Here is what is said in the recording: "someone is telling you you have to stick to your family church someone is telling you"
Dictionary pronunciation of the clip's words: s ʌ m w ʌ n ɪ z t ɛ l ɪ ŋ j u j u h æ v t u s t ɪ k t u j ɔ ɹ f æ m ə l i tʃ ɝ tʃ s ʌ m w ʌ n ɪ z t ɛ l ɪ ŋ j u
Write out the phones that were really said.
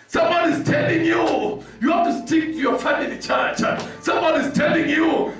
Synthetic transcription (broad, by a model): s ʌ m w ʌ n ɪ z t ɛ l ɪ ŋ j u j u h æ f t u s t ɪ k t u j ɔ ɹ f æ m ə l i tʃ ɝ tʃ s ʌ m w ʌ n ɪ z t ɛ l ɪ ŋ j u